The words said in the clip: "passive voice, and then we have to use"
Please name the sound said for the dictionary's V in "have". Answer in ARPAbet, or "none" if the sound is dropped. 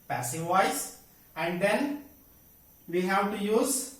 W